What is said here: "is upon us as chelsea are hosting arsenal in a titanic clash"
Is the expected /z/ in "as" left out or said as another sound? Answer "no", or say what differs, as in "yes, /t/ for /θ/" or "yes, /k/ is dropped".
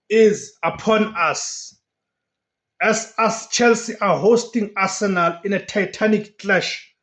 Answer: yes, /s/ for /z/